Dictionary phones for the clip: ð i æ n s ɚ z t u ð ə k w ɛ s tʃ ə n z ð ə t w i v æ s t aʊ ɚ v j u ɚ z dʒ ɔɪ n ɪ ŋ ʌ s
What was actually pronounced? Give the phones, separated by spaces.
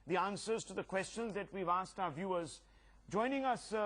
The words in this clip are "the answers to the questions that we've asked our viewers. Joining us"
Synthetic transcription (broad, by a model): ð i æ n s ɚ z t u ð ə k w ɛ s tʃ ə n z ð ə t w i v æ s t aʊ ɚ v j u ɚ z dʒ ɔɪ n ɪ ŋ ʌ s